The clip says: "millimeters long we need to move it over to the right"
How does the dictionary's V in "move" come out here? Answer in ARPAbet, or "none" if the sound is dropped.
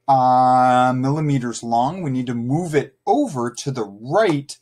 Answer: V